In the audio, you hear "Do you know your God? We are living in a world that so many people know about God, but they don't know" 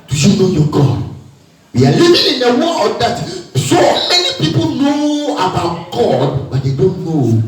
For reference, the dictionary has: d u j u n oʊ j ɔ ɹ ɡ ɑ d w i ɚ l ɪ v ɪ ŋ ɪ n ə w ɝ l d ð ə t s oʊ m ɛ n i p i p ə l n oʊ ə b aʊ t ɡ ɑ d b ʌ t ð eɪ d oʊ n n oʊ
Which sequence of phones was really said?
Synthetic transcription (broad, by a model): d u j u n oʊ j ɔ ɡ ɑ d w i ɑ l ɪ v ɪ ɪ n ə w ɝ n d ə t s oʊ m ɛ n i p i p ə l n oʊ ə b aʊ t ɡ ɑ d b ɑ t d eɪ d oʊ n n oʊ